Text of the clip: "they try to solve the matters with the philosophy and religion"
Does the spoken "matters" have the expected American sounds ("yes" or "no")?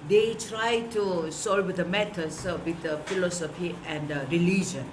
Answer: no